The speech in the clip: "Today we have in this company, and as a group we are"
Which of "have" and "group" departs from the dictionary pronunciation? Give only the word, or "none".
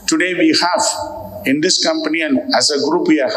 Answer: have